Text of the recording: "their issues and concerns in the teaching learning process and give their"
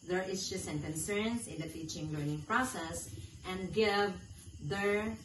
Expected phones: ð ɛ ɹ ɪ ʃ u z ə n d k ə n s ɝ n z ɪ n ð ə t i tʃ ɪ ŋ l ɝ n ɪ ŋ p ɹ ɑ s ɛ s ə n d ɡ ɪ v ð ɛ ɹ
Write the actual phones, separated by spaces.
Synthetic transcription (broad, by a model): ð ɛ ɹ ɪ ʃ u s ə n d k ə n s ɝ n s ɪ n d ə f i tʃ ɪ ŋ l ɝ n ɪ ŋ p ɹ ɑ s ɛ s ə n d ɡ ɪ v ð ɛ ɹ